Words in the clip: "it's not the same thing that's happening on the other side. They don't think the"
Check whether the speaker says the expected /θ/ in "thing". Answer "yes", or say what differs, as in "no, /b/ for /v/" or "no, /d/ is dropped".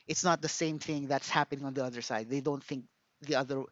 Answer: yes